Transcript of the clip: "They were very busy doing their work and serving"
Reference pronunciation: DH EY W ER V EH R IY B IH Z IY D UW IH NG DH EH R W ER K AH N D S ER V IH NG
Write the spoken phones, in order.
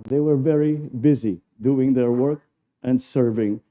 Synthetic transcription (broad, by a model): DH EY W ER V EH R IY B IH Z IY D UW IH NG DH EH R W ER K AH N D S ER V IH NG